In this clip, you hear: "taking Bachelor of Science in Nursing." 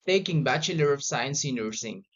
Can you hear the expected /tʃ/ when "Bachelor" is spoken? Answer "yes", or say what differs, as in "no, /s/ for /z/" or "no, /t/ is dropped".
yes